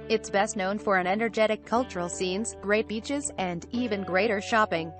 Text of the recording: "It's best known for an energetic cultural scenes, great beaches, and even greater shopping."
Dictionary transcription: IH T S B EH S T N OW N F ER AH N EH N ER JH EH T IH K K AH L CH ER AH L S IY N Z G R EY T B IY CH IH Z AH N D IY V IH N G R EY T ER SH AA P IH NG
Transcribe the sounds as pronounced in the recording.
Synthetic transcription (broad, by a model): IH T S B EH S T N OW N F ER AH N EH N ER JH EH T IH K K AH L CH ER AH L S IY N Z G R EY T B IY CH IH Z AH N D IY V IH N G R EY T ER SH AA P IH NG